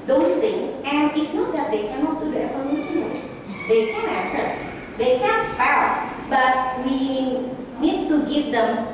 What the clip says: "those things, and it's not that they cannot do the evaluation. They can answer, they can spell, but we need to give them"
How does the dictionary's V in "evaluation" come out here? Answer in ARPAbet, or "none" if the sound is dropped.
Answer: F